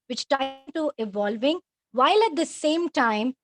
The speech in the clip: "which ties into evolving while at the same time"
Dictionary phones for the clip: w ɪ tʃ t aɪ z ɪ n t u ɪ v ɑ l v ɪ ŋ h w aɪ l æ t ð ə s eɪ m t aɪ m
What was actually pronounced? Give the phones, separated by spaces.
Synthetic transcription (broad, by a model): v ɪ tʃ t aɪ ɪ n t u ɪ v ɑ l v ɪ ŋ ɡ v aɪ l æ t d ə s eɪ m t aɪ m